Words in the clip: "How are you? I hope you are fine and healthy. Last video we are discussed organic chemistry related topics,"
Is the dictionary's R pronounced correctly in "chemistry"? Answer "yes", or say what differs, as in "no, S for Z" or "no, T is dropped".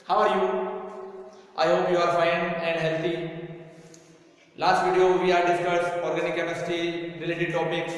no, R is dropped